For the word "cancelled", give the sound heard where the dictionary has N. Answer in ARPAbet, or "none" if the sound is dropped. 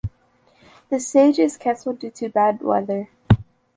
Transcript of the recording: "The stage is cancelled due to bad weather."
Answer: none